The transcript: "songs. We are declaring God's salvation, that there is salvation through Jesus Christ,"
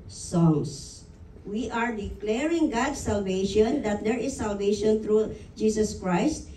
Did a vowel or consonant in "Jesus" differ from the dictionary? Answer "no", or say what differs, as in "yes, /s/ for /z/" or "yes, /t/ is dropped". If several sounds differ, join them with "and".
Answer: yes, /s/ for /z/